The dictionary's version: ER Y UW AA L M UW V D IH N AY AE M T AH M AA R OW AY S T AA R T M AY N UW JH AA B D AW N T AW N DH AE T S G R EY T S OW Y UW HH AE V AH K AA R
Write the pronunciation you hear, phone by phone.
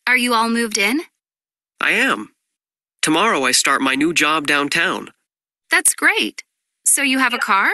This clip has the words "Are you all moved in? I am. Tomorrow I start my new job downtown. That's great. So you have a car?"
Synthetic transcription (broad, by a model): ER Y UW AA L M UW V D IH N AY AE M T AH M AA R OW AY S T AA R T M AY N UW JH AA B D AW N T AW N DH AE T S G R EY T S OW Y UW V AH K AA R